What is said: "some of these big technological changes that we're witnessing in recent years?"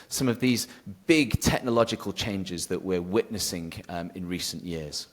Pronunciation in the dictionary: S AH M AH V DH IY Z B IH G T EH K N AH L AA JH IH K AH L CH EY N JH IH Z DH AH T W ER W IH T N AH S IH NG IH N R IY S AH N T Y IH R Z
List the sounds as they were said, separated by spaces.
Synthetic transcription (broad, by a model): S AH M AH V DH IY Z B IH G T EH K N AH L AA JH IH K AH L CH EY N JH IH Z DH AH T W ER W IH T N AH S IH NG IH N R IY S AH N T Y IH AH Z